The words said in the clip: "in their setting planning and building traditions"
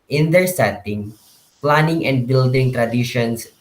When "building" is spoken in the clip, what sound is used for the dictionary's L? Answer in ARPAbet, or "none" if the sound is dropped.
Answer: L